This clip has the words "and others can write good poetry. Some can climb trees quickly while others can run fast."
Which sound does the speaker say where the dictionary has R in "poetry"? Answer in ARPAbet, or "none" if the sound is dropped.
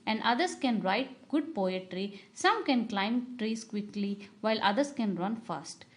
R